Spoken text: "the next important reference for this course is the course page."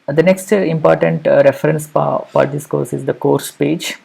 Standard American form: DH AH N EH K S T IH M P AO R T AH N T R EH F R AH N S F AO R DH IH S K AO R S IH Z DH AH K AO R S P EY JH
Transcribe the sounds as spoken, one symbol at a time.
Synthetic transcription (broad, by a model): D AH N EH K S T IH M P AO R T AH N T R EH F R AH N S P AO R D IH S K AO R S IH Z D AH K AO R S P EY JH